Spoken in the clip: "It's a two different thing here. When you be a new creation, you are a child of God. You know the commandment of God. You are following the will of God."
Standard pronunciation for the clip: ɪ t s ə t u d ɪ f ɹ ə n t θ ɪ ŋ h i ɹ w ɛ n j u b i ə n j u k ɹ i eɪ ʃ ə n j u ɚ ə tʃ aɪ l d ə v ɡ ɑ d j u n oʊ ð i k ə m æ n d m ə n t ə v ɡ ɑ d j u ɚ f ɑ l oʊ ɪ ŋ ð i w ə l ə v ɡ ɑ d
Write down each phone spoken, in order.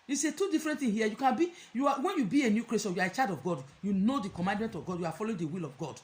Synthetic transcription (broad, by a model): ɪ s ə t u d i f ɹ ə n t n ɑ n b i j w ɛ n j u b i ə n j u k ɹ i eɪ s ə j u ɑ ə tʃ aɪ d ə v ɡ ɑ d j u n oʊ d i k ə m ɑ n d m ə n t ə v ɡ ɑ d j u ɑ f ɑ l oʊ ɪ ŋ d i w ə l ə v ɡ ɑ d